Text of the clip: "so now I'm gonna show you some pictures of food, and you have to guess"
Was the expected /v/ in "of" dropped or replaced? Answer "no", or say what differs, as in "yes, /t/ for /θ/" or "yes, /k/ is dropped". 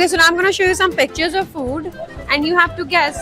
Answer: no